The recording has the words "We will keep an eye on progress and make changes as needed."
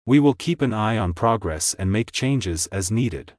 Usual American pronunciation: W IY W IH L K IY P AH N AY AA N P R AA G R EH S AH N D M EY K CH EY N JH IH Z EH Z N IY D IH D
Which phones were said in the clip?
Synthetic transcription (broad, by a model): W IY W IH L K IY P AH N AY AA N P R AA G R EH S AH N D M EY K CH EY N JH IH Z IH Z N IY D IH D